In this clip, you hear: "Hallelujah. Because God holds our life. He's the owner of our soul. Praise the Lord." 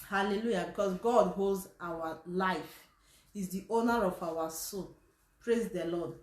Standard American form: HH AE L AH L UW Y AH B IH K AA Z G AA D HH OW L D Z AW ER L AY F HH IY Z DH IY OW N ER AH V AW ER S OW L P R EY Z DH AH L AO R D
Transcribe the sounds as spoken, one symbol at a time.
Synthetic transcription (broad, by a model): HH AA L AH L UW Y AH B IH K AA S G AA D HH OW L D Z AW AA L AY F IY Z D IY OW N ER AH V AW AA S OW N P R EY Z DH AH L AO D